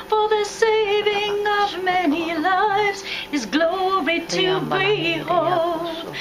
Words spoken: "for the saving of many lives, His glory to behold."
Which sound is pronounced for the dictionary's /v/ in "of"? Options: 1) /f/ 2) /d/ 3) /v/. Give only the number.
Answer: 3